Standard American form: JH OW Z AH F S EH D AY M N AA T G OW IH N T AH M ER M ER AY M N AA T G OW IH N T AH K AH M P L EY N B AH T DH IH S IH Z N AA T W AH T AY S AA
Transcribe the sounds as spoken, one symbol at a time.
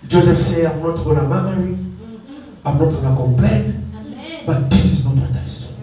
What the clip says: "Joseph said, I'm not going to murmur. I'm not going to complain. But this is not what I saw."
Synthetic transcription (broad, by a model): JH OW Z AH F S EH AY M N AA T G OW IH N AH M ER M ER AY M N AA T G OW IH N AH K AH M P L EY N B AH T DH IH S IH Z N AA T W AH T AY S